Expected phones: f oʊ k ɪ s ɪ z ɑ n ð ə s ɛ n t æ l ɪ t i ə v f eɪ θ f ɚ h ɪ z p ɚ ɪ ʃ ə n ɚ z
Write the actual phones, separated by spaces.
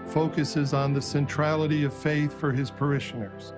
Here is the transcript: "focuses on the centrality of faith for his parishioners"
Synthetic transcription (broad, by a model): f oʊ k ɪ s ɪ z n ð ə s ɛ n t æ l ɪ t i ə v f eɪ θ f ɚ ɪ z p ɚ ɪ ʃ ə n ɚ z